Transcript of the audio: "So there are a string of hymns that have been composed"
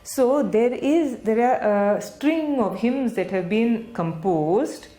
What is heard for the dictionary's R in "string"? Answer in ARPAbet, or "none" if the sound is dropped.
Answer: R